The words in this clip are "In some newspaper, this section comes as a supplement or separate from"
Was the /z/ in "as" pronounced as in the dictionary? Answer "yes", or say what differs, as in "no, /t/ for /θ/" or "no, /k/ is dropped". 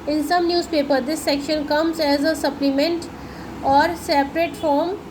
yes